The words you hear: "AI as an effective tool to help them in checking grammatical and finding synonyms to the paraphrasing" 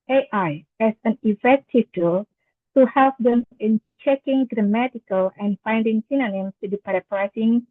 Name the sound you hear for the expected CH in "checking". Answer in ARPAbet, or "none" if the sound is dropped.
CH